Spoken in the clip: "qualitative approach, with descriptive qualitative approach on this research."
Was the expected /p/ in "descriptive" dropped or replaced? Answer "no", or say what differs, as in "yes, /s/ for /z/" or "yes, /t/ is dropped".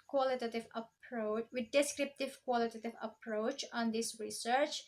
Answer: no